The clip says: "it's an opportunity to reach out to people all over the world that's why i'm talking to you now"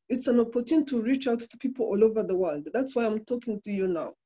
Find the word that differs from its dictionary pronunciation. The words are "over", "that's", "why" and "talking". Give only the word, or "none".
none